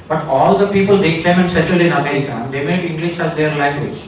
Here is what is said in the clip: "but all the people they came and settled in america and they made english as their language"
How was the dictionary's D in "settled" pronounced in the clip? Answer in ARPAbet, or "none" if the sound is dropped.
none